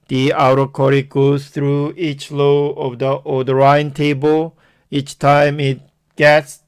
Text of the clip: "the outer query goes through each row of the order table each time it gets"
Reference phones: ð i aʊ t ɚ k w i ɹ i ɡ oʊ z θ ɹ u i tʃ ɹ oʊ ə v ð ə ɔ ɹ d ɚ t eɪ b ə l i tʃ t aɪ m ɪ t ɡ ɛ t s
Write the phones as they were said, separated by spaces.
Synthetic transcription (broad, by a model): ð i aʊ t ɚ k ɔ ɹ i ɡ oʊ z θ ɹ u i tʃ l oʊ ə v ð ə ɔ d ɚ t eɪ b ə l i tʃ t aɪ m ɪ t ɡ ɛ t s